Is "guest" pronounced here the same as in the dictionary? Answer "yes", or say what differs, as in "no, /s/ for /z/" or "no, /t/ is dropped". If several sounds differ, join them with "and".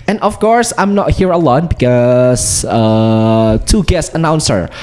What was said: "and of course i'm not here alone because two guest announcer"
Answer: no, /t/ is dropped